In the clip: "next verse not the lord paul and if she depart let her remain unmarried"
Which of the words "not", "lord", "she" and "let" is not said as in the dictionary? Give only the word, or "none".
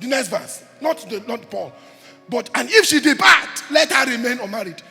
lord